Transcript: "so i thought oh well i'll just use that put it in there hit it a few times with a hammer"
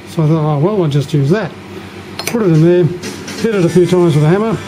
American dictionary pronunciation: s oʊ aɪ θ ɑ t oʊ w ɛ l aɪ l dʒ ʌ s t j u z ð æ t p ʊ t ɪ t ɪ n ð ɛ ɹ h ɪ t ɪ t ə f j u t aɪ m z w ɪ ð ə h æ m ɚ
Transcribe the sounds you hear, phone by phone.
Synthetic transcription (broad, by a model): s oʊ aɪ θ ɑ t oʊ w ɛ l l dʒ ʌ s t j u z ð æ t p ʊ t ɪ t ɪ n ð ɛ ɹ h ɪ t ɪ t ə f j u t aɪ z w ɪ ð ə h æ m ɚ